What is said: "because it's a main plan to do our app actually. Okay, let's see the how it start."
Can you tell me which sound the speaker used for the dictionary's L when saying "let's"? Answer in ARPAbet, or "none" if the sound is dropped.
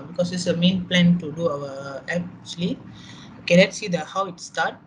N